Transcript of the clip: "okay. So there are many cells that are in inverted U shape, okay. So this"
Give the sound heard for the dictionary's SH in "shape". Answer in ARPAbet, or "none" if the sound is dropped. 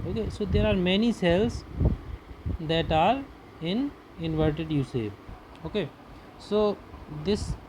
S